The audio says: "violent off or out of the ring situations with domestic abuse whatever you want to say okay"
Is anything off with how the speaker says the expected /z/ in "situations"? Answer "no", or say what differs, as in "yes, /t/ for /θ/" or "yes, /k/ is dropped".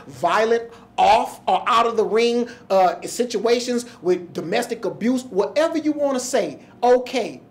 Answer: no